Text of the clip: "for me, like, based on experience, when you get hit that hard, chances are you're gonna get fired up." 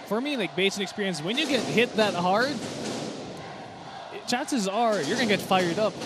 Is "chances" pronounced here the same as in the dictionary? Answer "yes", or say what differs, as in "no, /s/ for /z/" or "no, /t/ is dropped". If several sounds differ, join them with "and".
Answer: yes